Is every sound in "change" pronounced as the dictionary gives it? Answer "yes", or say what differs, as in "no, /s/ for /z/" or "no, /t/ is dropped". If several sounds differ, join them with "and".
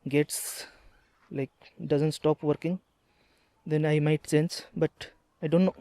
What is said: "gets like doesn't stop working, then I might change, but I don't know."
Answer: no, /s/ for /tʃ/